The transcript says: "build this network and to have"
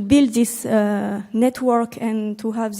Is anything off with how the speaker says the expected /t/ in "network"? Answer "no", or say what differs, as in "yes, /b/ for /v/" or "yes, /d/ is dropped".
no